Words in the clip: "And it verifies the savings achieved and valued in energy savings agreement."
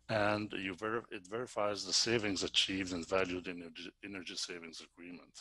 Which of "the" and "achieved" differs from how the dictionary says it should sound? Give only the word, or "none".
none